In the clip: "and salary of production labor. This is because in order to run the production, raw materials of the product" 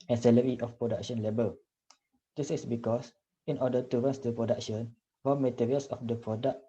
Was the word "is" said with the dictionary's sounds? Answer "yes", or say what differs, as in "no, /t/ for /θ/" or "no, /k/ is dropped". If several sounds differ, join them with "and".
no, /s/ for /z/